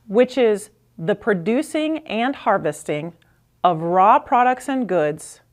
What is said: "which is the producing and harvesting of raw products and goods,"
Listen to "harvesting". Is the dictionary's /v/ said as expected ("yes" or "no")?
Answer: yes